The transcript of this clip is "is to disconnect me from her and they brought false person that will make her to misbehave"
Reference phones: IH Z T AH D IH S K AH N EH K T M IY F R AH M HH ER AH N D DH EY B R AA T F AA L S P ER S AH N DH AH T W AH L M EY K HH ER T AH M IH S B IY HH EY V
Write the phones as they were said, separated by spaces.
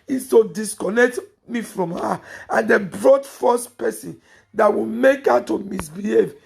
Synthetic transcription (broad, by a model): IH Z T AH D IH S K AH N EH K T M IY F R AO M HH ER AH N D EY B R AA T F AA S P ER S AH N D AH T W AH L M EY K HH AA T AH M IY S B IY HH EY V